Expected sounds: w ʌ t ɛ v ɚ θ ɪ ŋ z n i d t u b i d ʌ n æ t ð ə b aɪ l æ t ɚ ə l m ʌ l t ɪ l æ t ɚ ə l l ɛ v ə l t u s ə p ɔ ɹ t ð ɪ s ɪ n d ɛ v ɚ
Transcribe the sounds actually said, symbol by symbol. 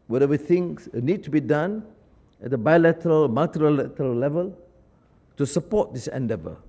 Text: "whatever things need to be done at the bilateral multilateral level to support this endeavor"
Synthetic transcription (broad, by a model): w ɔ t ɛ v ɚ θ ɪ ŋ s n i d t u b i d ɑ n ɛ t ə b aɪ l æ t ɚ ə l m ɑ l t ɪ l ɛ t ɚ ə l l ɛ v ə l t u s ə p ɔ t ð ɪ s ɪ n d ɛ v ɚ